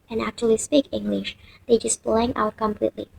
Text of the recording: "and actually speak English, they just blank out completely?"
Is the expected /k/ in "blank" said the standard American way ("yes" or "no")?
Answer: no